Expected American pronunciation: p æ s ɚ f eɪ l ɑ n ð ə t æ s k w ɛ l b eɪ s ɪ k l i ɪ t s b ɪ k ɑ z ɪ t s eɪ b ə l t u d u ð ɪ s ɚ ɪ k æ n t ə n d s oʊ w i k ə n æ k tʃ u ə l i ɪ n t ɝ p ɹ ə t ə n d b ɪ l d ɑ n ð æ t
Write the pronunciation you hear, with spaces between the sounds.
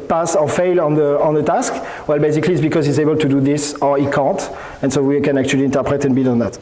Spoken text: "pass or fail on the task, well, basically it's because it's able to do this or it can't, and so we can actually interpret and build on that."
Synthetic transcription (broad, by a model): p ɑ s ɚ f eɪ l ɑ n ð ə t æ s k w ɛ l b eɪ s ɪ k l i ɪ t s b ɪ k ɑ z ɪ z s eɪ b ə l t u d u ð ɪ s ɚ ɪ k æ n t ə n s oʊ w i k ə n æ k tʃ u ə l i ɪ n t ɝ p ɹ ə t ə n b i d ɑ n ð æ t